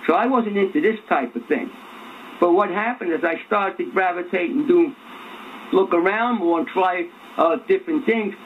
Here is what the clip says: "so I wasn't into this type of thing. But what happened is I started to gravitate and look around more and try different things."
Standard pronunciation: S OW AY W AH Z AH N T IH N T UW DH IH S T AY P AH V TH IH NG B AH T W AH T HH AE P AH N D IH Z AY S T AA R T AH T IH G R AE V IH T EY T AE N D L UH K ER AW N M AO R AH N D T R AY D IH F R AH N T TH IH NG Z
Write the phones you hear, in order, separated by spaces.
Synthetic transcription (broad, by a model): S OW AY W AH Z AH N T IH N T UW DH IH S T AY P AH V TH IH NG B AH T W AH T HH AE P AH N D IH Z AY S T AA R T T IH G R AE V IH T EY T N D L UH K ER AW N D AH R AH N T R AY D IH F R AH N TH IH NG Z